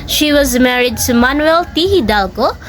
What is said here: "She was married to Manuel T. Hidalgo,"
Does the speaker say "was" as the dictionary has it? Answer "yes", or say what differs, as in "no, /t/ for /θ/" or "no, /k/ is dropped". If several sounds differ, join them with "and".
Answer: yes